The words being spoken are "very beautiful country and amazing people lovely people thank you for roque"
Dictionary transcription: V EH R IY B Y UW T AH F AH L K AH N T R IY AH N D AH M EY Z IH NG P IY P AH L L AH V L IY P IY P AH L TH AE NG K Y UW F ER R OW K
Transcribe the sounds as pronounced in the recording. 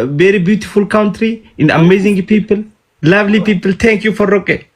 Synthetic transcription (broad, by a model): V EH R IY B Y UW T AH F AH L K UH N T R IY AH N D AH M EY Z IH NG P IY P AH L L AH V L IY P IY P AH L T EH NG K Y UW F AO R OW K